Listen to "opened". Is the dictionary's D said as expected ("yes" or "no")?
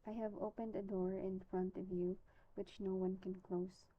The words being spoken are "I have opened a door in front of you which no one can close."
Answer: yes